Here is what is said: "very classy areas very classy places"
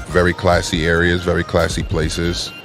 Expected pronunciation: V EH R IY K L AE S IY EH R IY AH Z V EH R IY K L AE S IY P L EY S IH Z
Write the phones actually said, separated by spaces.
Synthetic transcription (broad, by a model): V EH R IY K L AE S IY EH R IY AH Z V EH R IY K L AE S IY P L EY S IH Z